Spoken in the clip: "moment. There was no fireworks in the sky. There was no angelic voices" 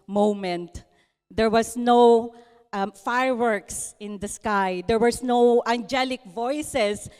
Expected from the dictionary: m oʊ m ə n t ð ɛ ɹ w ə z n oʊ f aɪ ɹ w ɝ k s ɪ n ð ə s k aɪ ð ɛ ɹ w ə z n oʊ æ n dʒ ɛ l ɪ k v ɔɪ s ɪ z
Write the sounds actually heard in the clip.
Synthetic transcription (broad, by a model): m oʊ m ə n t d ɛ ɹ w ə s n oʊ f aɪ ɹ w ɝ k s ɪ n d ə s k aɪ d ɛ ɹ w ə s n oʊ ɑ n dʒ ɛ l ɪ k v ɔɪ s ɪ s